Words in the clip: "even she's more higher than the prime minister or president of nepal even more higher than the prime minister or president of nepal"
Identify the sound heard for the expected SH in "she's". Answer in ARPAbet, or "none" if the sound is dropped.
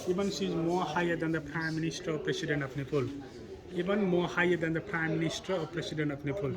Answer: S